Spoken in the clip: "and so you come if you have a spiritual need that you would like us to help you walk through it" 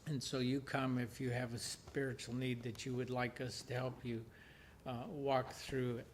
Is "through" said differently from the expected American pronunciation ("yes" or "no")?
no